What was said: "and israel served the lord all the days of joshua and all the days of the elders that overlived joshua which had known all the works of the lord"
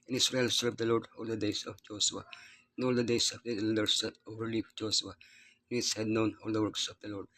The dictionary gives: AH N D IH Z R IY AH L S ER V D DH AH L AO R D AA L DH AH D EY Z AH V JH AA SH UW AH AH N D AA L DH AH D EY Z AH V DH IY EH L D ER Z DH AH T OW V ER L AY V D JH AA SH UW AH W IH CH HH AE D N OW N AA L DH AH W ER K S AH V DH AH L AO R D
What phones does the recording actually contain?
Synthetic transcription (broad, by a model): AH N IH S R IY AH L S ER V D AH L AO R D AA L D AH D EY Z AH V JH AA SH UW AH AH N AA L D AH D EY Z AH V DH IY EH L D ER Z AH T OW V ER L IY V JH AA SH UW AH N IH S HH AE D N OW N AA L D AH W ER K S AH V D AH L AO R D